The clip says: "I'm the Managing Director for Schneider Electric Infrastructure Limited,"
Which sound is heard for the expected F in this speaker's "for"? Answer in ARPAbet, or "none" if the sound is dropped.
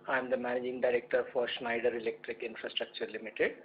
F